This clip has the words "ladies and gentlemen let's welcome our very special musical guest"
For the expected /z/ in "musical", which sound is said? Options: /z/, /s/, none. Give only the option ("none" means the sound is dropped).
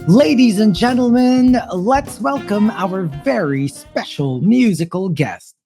/z/